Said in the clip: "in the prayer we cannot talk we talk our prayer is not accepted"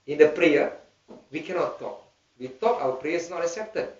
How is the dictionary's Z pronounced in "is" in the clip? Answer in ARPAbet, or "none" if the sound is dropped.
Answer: S